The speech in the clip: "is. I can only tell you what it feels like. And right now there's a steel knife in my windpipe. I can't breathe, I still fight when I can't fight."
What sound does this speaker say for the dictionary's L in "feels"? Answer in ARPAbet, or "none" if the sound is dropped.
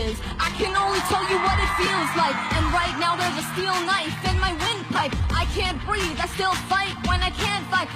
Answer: L